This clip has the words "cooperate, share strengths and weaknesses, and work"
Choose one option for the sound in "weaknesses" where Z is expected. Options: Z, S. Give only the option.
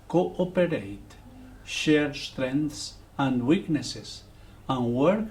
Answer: S